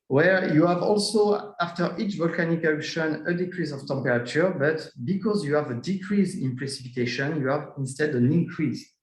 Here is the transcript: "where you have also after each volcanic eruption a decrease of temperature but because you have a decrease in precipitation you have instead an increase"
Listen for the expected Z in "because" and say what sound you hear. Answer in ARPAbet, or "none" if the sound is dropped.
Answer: Z